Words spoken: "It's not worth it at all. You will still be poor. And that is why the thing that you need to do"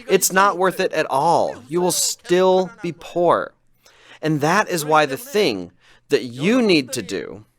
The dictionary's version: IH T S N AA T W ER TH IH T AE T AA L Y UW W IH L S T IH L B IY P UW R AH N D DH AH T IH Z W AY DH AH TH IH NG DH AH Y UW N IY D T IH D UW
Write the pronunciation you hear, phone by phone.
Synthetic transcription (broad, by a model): IH T S N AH T W ER TH IH T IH T AA L Y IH W IH L S T IH L B IY P UW R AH N DH AH T IH Z W AY DH AH TH IH NG DH AH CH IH N IY D T IH D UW